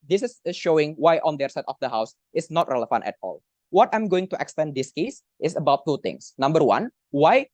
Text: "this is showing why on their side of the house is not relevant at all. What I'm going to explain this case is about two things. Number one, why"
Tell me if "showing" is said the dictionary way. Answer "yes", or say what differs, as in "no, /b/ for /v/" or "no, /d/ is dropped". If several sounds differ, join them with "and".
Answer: yes